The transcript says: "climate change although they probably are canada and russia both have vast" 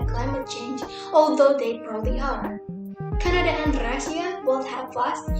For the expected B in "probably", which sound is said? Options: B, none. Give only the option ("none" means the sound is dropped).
none